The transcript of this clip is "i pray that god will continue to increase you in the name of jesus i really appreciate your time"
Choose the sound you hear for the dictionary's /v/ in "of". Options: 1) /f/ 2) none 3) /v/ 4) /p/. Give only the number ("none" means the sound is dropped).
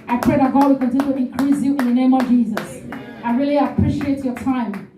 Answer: 3